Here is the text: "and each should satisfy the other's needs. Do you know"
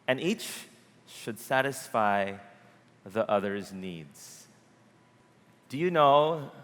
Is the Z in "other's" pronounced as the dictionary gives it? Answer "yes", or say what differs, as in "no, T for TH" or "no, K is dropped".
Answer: yes